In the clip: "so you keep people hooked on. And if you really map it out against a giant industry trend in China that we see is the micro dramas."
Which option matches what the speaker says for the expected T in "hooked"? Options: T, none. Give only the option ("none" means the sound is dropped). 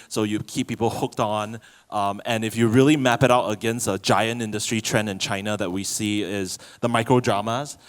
T